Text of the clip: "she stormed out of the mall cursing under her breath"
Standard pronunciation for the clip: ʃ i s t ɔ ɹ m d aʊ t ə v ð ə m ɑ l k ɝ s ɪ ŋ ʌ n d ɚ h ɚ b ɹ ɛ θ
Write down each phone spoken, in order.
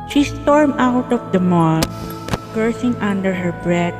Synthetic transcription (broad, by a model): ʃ i s t ɔ ɹ m aʊ t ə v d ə m ɑ l k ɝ s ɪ ŋ ʌ n d ɚ h ɚ b ɹ ɛ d